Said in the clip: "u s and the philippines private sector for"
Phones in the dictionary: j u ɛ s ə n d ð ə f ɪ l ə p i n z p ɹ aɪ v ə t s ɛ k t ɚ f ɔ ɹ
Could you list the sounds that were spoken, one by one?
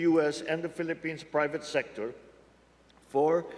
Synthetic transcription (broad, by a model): j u ɛ s ə n d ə f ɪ l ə p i n s p ɹ aɪ v ə t s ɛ k t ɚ f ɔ ɹ